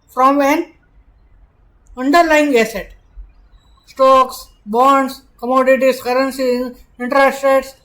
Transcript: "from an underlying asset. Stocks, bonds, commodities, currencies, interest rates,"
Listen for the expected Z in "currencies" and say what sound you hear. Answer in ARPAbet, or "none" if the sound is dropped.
none